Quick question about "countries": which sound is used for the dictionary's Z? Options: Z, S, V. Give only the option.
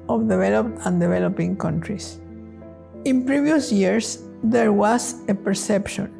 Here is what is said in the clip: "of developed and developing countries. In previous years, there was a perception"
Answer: S